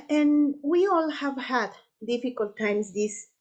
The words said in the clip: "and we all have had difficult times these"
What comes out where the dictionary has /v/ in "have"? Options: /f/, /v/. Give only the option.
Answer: /v/